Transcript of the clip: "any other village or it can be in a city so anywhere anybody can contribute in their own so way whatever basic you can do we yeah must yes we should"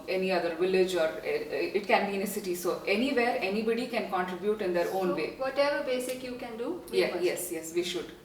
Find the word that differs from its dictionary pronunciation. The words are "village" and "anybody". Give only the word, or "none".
none